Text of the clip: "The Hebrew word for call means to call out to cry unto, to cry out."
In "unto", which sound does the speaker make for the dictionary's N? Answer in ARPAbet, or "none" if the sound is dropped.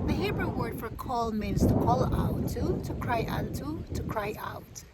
none